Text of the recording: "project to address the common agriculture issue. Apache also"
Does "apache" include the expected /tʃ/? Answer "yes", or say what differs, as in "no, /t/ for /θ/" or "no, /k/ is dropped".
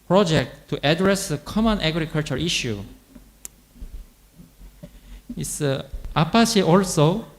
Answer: no, /ʃ/ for /tʃ/